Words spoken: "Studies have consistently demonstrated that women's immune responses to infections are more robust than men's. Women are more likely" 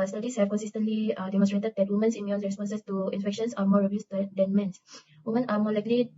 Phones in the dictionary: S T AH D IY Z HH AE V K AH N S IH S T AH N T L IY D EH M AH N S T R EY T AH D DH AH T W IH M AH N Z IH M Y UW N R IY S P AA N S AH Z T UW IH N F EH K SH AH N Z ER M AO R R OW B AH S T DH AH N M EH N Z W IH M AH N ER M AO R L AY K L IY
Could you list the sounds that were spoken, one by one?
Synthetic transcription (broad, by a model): S T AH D IY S HH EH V K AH N S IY S T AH N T L IY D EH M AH S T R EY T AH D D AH T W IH M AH N S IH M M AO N R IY S P AA N S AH S T UW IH N F EH K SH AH N S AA M AO R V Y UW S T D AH N M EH N S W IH M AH N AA M AO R L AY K L IY